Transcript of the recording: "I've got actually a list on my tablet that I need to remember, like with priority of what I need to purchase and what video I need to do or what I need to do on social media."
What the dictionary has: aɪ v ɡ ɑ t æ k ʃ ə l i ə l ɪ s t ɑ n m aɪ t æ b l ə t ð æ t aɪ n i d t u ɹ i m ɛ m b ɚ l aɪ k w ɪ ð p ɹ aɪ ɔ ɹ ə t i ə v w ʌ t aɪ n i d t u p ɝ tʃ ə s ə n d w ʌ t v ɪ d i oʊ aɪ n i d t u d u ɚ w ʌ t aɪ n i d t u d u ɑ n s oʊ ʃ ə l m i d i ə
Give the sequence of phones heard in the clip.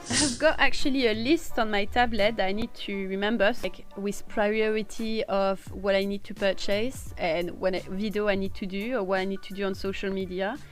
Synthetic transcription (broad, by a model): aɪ v ɡ ɑ t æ k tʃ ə l i ə l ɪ s t ɑ n m aɪ t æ b l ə t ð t aɪ n i d t u ɹ i m ɛ m b ɚ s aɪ k w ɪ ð p ɹ aɪ ɔ ɹ ə t i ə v w ʌ t aɪ n i d t u p ɝ tʃ ə s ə n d w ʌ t v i d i oʊ aɪ n i d t u d u ɚ w ʌ t aɪ n i d t u d u ɑ n s oʊ ʃ ə l m i d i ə